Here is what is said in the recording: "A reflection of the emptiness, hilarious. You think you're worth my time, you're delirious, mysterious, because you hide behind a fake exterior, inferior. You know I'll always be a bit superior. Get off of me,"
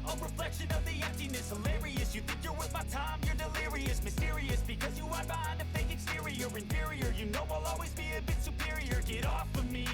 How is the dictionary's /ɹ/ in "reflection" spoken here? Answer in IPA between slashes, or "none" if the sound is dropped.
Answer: /ɹ/